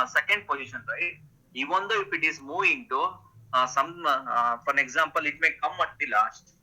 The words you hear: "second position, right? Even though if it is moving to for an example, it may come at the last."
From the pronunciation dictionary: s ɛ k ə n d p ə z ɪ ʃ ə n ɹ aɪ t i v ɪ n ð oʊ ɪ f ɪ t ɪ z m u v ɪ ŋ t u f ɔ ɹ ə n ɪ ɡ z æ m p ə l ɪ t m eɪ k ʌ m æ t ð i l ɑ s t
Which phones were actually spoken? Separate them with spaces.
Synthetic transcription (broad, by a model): s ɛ k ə n d p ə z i ʃ ə n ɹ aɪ i v ɪ n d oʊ ɪ f ɪ t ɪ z m u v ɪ ŋ t u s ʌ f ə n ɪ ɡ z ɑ m p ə l ɪ t m eɪ k ʌ m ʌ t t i l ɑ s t